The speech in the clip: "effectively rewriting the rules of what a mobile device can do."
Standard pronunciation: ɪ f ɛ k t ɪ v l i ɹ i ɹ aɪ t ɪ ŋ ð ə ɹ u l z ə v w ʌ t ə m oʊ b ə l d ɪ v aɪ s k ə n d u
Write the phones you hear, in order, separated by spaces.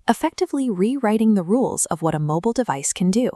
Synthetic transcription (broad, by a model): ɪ f ɛ k t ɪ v l i ɹ i ɹ aɪ t ɪ ŋ ð ə ɹ u l z ə v w ʌ t ə m oʊ b l d ɪ v aɪ s k ə n d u